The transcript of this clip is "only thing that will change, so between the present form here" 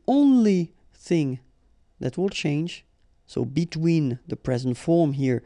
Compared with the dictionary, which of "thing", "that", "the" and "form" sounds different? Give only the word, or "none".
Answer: none